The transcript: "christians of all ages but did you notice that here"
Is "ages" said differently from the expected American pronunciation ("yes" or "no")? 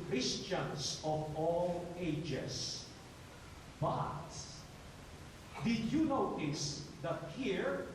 yes